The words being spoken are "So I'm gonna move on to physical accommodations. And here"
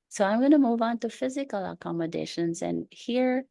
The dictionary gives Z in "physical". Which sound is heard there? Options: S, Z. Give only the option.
Z